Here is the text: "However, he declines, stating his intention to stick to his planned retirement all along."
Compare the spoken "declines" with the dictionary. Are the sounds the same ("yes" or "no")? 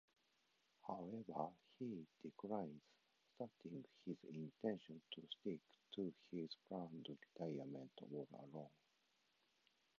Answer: no